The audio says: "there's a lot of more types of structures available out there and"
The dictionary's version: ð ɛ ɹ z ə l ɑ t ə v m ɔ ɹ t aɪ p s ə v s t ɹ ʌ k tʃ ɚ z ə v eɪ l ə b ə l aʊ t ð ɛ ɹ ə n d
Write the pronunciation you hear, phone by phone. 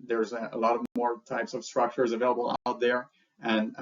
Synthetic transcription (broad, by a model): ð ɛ ɹ z ə l ɑ t ə v m ɔ ɹ t aɪ p s ə v s t ɹ ʌ k tʃ ɚ z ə v eɪ l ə b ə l aʊ t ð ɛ ɹ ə n